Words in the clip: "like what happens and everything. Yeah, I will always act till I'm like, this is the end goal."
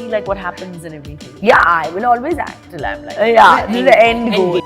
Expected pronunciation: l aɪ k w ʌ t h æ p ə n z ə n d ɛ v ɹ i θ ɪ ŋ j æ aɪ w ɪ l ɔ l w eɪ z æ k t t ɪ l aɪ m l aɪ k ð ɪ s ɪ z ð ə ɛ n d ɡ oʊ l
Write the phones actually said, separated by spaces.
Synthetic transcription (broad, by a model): l aɪ k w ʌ t h æ p ə n z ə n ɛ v ɹ i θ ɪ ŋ j æ aɪ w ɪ l ɔ l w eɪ z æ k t t ɪ l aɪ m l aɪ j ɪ ɪ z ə ɛ n d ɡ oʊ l